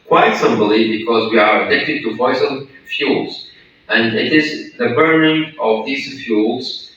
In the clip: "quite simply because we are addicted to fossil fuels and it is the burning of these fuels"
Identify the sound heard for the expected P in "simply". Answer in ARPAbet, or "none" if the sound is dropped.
B